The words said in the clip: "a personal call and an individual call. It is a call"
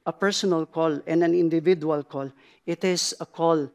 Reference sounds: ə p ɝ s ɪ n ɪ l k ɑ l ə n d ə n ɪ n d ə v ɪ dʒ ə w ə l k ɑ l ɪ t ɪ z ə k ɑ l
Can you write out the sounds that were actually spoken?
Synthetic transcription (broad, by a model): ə p ɝ s ɪ n ɪ l k ɑ l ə n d ə n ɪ n d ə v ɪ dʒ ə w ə l k ɑ l ɪ t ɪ s ə k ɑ l